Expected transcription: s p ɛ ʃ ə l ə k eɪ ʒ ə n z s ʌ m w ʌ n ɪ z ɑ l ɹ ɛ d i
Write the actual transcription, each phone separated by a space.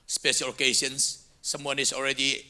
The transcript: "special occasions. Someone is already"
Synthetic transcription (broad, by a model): s p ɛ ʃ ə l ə k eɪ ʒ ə n s ʌ m w ʌ n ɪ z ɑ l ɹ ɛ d i